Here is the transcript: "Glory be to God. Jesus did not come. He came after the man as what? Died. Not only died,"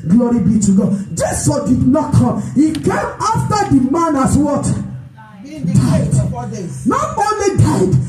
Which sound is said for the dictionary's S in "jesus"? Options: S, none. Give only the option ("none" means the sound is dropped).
none